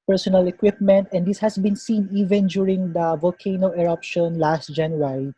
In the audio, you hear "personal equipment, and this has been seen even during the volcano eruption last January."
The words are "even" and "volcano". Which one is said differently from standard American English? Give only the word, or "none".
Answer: none